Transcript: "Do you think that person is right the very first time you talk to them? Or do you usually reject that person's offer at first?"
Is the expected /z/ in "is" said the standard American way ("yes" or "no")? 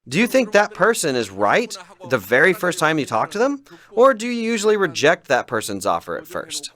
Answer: yes